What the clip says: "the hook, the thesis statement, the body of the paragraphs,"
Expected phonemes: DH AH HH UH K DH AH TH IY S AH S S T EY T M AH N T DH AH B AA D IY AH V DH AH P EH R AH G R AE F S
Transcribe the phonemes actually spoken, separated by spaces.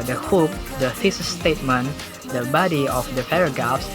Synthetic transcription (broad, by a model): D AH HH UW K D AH F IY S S S T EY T M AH N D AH B AA D IY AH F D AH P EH R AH G R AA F S